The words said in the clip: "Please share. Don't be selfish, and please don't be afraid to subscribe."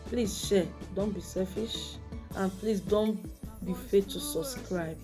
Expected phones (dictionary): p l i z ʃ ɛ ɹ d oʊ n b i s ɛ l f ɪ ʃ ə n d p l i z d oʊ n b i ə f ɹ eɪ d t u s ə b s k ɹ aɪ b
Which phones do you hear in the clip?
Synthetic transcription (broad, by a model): p l i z ʃ ɛ d oʊ n b i s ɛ f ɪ ʃ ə n p l i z d oʊ n b i f eɪ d t u s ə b s k ɹ aɪ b